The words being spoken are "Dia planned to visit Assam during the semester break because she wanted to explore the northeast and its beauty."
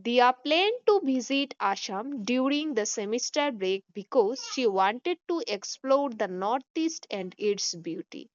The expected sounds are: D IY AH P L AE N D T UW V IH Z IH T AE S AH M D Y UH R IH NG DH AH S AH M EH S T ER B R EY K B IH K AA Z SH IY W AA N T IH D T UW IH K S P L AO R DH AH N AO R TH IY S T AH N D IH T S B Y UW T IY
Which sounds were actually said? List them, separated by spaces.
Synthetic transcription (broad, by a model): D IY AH P L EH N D T UW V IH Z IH T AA SH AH M D Y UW R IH NG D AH S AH M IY S T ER B R EY K B IH K AA Z SH IY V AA N T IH D T UW IH K S P L AO R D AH N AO R T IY S T AH N D IH T S B Y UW T IY